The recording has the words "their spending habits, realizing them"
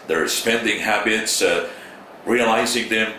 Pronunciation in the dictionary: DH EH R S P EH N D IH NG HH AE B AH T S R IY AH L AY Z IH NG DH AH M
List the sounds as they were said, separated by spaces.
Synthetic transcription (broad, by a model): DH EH R S P EH N D IH NG HH AE B AH T S R IY AH L AY Z IH NG DH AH M